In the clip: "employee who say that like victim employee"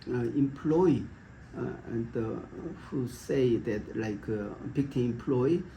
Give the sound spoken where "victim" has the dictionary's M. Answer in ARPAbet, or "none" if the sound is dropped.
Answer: none